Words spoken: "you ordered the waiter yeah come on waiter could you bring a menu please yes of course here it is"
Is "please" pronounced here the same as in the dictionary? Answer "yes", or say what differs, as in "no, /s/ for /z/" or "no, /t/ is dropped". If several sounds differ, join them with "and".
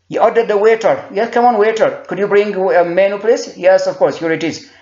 no, /s/ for /z/